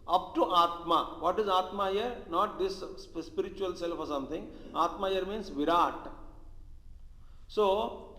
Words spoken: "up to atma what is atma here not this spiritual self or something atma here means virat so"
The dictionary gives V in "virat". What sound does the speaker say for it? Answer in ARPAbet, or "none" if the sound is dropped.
V